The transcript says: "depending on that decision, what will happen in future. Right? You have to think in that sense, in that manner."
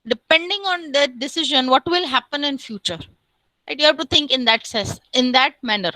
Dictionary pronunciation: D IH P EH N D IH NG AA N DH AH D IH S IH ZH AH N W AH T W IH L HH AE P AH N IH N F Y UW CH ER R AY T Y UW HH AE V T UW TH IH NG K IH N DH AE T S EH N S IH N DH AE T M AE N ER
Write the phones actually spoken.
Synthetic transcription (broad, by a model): D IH P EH N D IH NG AA N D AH D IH S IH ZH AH N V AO T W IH L HH AE P AH N IH N F Y UW CH ER L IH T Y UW HH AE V T UW T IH NG K IH N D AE T S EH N S IH N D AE T M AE N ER